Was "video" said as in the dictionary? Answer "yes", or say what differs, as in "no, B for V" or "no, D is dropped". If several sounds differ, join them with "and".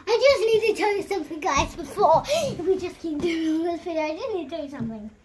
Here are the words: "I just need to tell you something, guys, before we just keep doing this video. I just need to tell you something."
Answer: no, F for V